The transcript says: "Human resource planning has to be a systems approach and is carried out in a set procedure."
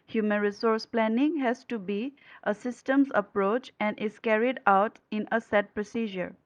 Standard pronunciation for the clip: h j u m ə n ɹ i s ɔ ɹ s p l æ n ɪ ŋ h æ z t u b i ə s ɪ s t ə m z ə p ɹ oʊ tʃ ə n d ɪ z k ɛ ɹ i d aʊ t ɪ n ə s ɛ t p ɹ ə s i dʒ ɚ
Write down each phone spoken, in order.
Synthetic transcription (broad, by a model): h j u m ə n ɹ i s ɔ ɹ s p l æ n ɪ ŋ h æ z t u b i ə s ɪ s t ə m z ə p ɹ oʊ tʃ ə n d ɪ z k ɛ ɹ i d aʊ t ɪ n ə s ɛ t p ɹ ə s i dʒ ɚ